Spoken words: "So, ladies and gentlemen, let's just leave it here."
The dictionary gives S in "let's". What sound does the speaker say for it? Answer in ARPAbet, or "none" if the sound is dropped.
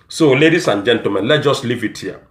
none